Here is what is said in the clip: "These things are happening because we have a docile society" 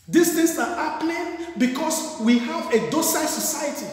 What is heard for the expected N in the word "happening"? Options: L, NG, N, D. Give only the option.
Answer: L